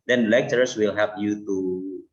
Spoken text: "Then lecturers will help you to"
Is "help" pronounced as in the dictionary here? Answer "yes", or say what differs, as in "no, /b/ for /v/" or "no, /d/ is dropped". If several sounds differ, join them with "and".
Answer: no, /l/ is dropped